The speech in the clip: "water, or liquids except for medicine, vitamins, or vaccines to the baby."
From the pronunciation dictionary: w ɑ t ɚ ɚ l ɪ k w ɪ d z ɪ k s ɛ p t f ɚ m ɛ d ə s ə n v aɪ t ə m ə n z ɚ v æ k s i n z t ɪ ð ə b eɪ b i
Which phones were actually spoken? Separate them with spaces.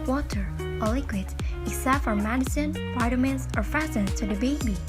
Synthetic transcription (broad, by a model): w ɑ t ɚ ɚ l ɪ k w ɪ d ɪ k s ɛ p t f ɚ m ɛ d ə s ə n p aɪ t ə m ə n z ɚ f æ s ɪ n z t ɪ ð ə b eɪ b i